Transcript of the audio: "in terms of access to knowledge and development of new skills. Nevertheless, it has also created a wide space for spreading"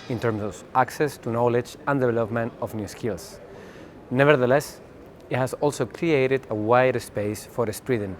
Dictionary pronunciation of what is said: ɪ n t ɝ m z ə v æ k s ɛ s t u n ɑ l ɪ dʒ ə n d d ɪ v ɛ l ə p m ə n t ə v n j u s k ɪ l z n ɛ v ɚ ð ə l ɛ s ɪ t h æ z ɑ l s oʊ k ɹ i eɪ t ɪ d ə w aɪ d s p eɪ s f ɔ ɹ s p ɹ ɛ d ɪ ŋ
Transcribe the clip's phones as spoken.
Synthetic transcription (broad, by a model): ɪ n t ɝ m s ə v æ k s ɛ s t u n ɑ l ɪ dʒ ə n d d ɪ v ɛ l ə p m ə n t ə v n j u s k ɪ l s n ɛ v ɚ ð ə l ɛ s ɪ t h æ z ɑ l s oʊ k ɹ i eɪ t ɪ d ə w aɪ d s p eɪ s f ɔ ɹ s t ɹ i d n